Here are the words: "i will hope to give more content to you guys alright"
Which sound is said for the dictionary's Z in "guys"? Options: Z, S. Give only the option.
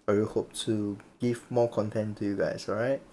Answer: S